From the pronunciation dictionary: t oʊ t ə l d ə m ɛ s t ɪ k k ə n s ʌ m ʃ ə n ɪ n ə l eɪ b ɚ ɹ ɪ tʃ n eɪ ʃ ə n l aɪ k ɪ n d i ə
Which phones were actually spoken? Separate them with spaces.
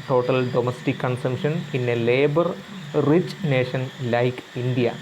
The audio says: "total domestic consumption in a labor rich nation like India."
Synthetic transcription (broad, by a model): t oʊ t ə l d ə m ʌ s t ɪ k k ə n s ʌ m ʃ ə n ɪ n ə l eɪ b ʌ ɹ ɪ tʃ n eɪ ʃ ə n l aɪ k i n d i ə